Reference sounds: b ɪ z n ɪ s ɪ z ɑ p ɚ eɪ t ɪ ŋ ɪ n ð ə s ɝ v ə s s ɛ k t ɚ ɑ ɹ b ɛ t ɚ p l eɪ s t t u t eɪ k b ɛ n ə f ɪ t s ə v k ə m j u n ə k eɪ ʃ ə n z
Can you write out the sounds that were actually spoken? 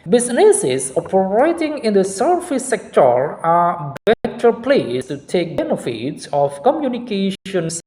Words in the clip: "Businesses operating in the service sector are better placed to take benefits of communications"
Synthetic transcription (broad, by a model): b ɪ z n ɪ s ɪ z ɑ p ɚ eɪ t ɪ ŋ ɪ n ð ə s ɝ f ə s s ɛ k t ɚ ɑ ɹ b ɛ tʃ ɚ p l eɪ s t t u t eɪ k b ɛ n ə f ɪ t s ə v k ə m j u n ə k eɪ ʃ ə n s